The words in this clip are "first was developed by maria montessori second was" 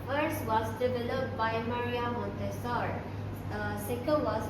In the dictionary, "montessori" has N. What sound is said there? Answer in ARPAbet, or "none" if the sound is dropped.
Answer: N